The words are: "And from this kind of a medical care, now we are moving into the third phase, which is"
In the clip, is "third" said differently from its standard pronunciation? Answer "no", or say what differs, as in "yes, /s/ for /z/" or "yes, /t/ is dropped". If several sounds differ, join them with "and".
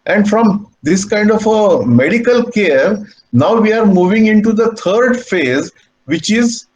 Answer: yes, /t/ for /θ/